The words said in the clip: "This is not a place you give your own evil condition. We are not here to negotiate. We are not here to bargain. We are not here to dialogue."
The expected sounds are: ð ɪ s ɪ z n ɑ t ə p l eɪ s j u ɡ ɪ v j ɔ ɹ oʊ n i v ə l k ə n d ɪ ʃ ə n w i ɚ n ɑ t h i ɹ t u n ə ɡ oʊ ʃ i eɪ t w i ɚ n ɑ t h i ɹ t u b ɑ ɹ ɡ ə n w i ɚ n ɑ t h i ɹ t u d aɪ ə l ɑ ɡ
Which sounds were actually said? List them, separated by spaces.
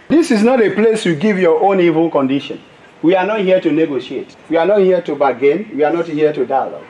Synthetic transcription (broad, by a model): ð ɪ s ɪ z n ɑ t ə p l eɪ s j u ɡ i v j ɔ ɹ oʊ n i v ə l k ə n d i ʃ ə n w i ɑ n ɑ t h i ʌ t u n ə ɡ oʊ ʃ i eɪ t w i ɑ n ɑ t h i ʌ t u b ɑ ɡ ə n w i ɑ n ɑ t h i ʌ t u d aɪ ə l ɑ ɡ